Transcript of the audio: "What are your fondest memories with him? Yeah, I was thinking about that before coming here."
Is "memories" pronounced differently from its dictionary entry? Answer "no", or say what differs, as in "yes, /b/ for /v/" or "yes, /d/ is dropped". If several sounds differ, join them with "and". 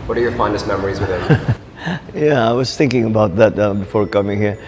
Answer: no